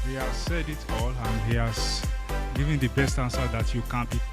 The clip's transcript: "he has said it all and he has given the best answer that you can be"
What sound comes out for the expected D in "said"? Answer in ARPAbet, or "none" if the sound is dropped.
D